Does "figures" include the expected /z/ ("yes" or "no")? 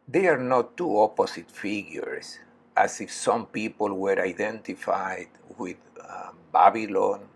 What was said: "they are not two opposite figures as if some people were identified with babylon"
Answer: no